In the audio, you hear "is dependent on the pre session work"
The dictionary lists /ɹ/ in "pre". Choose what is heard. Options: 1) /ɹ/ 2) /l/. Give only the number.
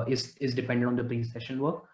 2